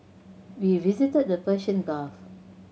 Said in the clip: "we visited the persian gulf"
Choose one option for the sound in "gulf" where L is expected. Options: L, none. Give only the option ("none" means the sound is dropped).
none